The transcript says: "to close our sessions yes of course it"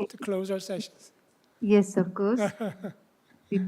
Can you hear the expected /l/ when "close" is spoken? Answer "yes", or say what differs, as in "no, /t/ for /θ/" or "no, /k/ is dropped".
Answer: yes